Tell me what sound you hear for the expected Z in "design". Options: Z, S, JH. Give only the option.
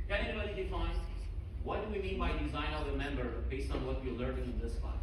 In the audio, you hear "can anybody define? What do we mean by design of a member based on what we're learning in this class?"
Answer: Z